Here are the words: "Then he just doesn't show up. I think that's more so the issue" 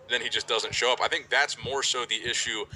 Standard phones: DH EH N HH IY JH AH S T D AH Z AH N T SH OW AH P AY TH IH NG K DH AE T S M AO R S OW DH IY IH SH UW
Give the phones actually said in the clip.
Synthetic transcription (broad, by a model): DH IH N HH IY JH AH S D AH Z AH N T SH OW AH P AY TH IH NG K DH AE T S M AO R S OW DH IY IH SH UW